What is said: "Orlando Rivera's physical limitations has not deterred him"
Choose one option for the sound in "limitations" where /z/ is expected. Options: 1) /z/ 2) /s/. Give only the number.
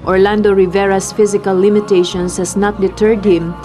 2